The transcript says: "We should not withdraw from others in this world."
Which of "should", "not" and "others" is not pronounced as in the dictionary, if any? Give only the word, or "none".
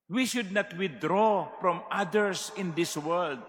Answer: others